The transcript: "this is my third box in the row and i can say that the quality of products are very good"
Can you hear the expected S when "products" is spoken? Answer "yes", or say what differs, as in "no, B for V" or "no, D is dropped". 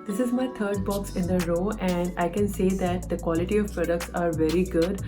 yes